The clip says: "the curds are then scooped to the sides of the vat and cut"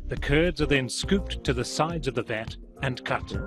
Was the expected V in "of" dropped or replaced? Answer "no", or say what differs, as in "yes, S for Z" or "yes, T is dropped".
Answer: no